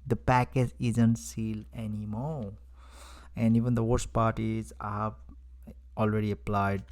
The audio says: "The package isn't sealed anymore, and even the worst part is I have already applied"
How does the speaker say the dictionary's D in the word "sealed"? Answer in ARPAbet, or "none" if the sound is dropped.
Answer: none